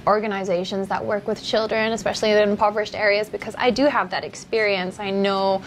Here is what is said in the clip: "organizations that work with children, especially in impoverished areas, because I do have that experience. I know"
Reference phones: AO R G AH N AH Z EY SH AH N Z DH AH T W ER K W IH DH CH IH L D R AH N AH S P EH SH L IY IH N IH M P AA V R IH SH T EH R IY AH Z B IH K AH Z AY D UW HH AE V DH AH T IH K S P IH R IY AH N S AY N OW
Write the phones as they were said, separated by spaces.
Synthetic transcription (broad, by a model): AO R G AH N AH Z EY SH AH N Z DH AH T W ER K W IH DH CH IH L D R AH N AH S P EH SH L IY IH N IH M P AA V R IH SH T EH R IY AH Z B IH K AH Z AY D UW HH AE V DH AH T IH K S P IH R IY AH N S AY N OW